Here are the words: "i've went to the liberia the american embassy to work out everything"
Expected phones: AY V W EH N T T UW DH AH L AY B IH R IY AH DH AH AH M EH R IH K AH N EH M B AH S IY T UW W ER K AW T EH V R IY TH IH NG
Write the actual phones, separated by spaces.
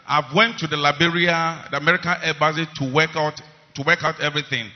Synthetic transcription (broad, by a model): AY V W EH N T T UW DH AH L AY B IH R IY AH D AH M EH R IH K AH N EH B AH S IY T UW W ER K AW T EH V R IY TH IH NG